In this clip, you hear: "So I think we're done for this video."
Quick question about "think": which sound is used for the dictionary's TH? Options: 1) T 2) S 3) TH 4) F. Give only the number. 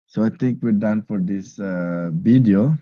1